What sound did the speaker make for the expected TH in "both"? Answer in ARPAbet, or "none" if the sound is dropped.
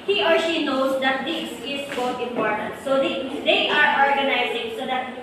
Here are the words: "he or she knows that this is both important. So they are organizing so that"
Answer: T